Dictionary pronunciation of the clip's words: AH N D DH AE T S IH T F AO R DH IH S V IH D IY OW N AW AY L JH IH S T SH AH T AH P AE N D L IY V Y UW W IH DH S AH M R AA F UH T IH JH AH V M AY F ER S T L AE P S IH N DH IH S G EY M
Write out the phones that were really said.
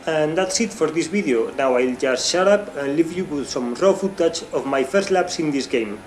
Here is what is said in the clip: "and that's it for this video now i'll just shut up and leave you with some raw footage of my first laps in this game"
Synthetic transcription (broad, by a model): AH N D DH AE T S IH T F AO R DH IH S B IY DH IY OW N AW AY L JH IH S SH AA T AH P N L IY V Y UW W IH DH S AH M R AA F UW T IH CH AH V M AY F ER S T L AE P S IH N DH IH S G EY M